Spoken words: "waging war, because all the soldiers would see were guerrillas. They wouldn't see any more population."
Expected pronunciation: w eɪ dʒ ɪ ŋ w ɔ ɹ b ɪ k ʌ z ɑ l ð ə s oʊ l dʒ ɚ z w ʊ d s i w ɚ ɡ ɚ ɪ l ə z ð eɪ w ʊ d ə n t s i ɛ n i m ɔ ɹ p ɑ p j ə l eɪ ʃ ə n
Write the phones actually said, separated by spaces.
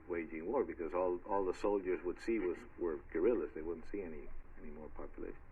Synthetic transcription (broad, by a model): w eɪ dʒ ɪ ŋ w ɔ ɹ b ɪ k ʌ z ɑ l ð ə s oʊ l dʒ ɚ z w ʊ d s i w ɚ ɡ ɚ ɪ l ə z ð eɪ w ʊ d n t s i ɛ n i m ɔ ɹ p ɑ p j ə l eɪ ʃ n